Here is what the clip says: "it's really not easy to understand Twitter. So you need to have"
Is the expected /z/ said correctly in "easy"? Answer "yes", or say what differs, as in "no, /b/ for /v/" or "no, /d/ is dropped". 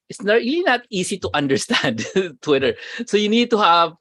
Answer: no, /s/ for /z/